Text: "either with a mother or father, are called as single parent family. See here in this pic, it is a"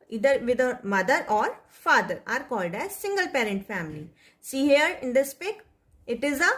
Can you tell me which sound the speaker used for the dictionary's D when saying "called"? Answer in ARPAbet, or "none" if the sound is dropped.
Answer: D